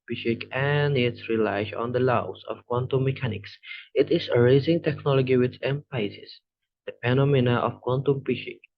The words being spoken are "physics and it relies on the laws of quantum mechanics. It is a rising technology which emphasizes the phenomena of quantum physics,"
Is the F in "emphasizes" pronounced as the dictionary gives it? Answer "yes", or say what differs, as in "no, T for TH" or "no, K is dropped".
no, P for F